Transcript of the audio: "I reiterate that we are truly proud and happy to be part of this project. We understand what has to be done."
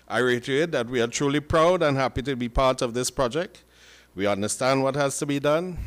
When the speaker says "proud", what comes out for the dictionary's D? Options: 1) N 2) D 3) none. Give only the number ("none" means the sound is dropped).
2